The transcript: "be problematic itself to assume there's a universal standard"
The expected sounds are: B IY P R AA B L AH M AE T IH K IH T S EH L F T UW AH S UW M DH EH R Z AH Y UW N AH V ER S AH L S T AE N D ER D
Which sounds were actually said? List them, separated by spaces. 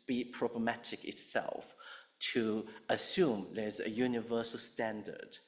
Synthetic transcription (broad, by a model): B IY P R AA B L AH M AE T IH K IH T S EH L F T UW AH S UW M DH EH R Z AH Y UW N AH V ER S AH L S T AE N D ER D